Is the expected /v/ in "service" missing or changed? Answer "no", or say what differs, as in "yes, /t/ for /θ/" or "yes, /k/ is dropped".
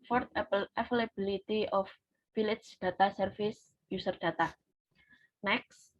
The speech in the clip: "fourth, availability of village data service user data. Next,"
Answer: yes, /f/ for /v/